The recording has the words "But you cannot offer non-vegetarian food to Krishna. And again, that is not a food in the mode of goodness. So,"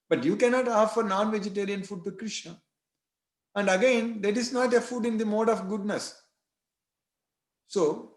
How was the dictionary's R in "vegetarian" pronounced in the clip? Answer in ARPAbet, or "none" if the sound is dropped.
R